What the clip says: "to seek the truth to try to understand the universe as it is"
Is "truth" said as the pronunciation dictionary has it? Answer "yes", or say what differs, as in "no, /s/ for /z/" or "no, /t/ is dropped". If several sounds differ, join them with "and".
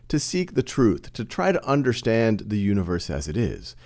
yes